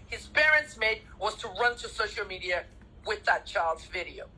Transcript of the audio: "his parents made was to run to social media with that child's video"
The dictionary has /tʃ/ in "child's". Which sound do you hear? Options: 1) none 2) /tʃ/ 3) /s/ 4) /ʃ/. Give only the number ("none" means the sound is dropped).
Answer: 2